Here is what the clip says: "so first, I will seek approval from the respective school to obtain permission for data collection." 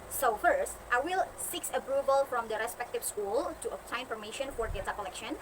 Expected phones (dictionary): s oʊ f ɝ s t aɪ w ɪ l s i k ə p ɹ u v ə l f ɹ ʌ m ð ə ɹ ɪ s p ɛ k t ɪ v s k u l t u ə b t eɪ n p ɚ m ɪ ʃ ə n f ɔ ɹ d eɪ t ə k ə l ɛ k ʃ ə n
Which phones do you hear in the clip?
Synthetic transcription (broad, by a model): s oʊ f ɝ s t aɪ w ɪ l s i k ə p ɹ u v ə l f ɹ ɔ m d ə ɹ ɪ s p ɛ k t ɪ v s k u l t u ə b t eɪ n f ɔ m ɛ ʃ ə n f ɔ ɹ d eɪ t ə k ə l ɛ k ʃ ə n